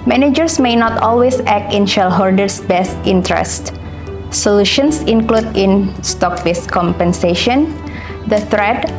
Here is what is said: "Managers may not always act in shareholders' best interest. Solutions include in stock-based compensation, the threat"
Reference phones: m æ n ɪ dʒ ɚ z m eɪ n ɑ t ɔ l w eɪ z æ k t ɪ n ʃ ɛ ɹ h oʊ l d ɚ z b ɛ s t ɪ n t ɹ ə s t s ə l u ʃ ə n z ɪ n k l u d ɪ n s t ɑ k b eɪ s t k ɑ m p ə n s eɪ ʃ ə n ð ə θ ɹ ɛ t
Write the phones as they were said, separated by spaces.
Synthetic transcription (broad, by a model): m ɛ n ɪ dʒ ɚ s m eɪ n ɑ t ɔ l w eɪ s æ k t ɪ n ʃ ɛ l h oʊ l d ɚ s b ɛ s t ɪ n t ɹ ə s t s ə l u ʃ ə n s ɪ n k l u d ɪ n s t ɑ k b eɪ s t k ɑ m p ə n s eɪ ʃ ə n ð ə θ ɹ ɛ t